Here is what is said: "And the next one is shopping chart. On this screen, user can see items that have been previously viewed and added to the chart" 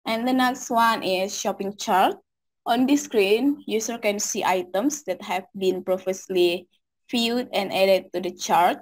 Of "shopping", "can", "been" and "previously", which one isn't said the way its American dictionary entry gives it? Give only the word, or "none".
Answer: previously